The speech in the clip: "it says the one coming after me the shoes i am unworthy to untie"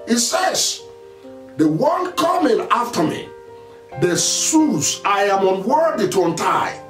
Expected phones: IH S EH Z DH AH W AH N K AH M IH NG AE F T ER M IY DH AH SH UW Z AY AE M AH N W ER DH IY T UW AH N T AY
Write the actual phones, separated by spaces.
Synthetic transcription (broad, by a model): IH S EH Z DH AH W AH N K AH M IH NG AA F T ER M IY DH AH S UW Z AY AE M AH N W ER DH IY T UW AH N T AY